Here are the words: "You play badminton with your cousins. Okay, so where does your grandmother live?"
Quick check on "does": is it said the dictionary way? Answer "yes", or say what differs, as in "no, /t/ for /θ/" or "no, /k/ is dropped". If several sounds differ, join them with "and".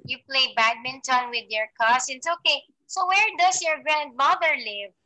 no, /s/ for /z/